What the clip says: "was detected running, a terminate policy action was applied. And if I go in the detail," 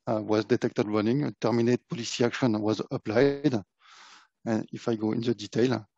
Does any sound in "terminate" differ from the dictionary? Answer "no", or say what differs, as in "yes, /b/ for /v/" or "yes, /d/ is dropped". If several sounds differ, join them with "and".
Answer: no